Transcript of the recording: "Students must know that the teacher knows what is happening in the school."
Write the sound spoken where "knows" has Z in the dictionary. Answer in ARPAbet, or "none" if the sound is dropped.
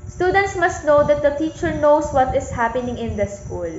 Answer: S